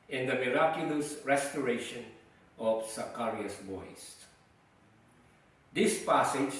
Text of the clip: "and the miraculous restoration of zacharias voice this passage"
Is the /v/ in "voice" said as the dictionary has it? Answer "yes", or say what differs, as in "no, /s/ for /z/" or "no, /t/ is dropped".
no, /b/ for /v/